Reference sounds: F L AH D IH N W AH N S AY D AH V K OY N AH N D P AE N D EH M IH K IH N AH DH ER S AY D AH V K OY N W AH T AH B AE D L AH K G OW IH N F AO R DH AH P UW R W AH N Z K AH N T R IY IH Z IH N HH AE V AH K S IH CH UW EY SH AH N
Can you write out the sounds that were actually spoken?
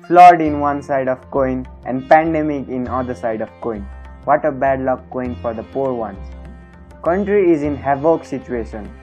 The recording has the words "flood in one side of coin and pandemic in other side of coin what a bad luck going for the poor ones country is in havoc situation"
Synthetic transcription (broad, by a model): F L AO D IH N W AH N S AY D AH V K OY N AH N D P AE N D EH M IH K IH N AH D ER S AY D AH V K OY N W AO T AH B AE D L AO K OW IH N F AO R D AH P UW R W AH N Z K AH N T R IY IH Z IH N HH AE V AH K S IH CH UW EY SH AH N